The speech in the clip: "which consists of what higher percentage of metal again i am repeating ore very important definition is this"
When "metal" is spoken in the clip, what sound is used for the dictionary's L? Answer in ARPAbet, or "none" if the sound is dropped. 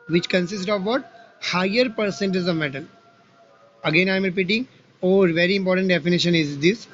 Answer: N